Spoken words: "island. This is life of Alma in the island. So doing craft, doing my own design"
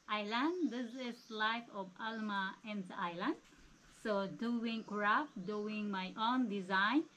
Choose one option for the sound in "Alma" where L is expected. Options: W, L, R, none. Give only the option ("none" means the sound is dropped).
L